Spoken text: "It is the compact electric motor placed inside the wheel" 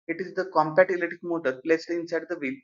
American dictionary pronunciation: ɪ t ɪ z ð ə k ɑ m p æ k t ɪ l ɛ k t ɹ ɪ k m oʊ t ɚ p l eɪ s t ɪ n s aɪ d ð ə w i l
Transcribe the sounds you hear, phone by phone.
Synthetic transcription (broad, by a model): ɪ t ɪ z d ə k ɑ m p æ t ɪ l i t ɪ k m oʊ t ɚ p l eɪ s t ɪ n s aɪ d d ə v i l